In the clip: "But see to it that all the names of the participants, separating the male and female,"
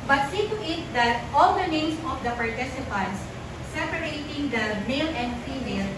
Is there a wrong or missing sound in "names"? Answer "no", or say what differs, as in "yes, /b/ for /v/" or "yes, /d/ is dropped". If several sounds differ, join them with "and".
yes, /s/ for /z/